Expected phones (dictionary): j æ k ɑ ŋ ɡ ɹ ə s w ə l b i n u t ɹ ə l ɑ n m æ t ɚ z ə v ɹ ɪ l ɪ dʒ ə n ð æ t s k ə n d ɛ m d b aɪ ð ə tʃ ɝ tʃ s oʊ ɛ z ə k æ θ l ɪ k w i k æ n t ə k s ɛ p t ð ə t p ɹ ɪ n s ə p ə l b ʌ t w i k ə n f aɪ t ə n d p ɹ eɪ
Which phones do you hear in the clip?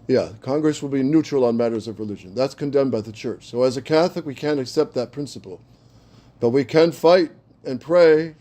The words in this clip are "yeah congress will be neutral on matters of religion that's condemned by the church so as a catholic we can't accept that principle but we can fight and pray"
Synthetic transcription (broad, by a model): j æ k ɑ ŋ ɡ ɹ ə s w ə l b i n u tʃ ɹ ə l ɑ n m æ t ɚ z ə v ɹ ɪ l ɪ dʒ ə n ð æ t s k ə n d ɛ m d b aɪ ð ə tʃ ɝ tʃ s oʊ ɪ z ə k æ θ l ɪ k w i k æ n t ə k s ɛ p t ð ə t p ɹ ɪ n s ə p l b ʌ t w i k ə n f aɪ t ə n p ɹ eɪ